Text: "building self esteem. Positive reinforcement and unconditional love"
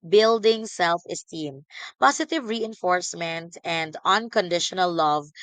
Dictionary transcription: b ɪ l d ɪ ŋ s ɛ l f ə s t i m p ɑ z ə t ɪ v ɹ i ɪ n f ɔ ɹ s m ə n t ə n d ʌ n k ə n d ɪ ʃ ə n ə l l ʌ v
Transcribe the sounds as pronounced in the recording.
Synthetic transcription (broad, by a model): b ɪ l d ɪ ŋ s ɛ l f ə s t i m p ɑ s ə t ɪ v ɹ i ɪ n f ɔ ɹ s m ə n t ə n d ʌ n k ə n d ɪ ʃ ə n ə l l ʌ v